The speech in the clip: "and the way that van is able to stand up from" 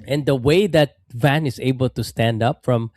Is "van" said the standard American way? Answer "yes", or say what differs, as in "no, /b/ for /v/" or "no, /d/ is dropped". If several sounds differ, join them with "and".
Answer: yes